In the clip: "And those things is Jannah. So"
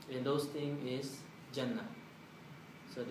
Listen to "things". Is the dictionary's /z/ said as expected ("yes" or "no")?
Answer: no